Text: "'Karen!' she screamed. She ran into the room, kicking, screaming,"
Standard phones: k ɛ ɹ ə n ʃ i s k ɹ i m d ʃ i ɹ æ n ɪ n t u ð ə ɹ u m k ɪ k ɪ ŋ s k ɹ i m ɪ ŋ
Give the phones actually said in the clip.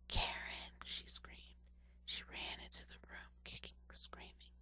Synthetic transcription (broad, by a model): k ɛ ɹ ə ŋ ʃ i s k ɹ i m d ʃ i ɹ æ n ɪ n t u ð ə ɹ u m k ɪ k ɪ ŋ s k ɹ i m ɪ ŋ